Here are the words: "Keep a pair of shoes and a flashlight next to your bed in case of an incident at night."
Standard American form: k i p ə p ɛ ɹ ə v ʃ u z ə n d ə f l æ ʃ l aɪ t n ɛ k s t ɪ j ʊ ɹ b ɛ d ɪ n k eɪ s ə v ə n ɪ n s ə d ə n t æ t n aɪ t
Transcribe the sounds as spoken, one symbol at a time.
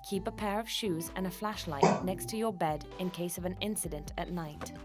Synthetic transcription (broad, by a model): k i p ə p ɛ ɹ ə v ʃ u z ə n ə f l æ ʃ l aɪ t n ɛ k s t ɪ j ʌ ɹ b ɛ d ɪ n k eɪ s ə v ə n ɪ n s ə d ə n t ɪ t n aɪ t